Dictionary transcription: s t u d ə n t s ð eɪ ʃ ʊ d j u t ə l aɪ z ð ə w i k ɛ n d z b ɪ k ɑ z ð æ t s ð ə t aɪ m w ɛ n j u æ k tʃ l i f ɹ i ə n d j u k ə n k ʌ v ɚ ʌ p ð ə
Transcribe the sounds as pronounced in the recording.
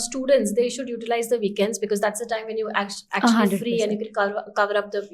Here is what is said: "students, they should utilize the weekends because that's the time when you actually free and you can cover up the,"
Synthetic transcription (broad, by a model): s t u d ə n t s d eɪ ʃ ʊ d j u t ə l aɪ z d ə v i k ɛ n d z b ɪ k ɑ z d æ t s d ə t aɪ m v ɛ n j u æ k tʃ f ɹ i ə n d j u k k k ʌ v ɚ ʌ p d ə